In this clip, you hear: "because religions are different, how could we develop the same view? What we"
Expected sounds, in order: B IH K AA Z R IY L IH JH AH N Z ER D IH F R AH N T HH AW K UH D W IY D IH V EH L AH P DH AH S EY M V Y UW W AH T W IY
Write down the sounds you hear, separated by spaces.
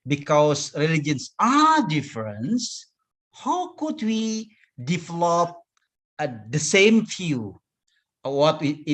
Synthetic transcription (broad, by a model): B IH K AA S R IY L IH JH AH N S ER D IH F R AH N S HH AW K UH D W IY D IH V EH L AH P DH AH S EY M F Y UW W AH T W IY